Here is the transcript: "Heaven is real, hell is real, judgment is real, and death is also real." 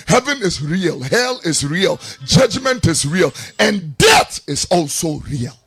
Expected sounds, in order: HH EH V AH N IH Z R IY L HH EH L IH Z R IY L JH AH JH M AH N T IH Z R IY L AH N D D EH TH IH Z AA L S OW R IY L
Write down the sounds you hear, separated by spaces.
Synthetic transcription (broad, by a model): HH EH V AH N IH Z R IY L HH EH L IH Z R IY L JH AH JH M AH N T IH Z R IY L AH N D D EH TH IH Z AA L S OW R IY L